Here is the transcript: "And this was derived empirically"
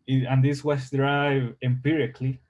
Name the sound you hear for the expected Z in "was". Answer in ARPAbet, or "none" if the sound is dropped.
S